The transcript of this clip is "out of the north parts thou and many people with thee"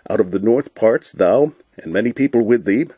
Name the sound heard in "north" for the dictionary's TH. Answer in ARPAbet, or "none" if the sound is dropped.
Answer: TH